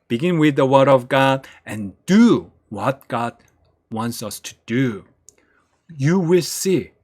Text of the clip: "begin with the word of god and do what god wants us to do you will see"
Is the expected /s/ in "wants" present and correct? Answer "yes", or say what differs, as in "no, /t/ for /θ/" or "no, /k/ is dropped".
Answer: yes